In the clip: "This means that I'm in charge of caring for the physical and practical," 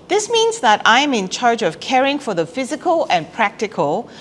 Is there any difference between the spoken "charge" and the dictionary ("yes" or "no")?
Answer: no